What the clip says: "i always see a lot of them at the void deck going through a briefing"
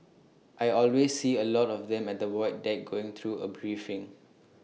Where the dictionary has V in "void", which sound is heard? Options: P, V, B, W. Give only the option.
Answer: W